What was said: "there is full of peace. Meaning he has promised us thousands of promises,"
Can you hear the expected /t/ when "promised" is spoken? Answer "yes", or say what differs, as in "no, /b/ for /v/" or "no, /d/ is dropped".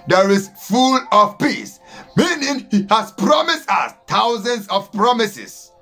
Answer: yes